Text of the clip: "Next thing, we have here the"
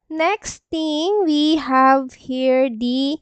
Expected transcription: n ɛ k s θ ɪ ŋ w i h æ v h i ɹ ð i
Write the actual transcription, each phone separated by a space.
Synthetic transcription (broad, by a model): n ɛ k s t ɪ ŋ w i h æ v h i ɹ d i